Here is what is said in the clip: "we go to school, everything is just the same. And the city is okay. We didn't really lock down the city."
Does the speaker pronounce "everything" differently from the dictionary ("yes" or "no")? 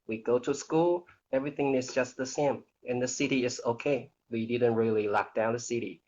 no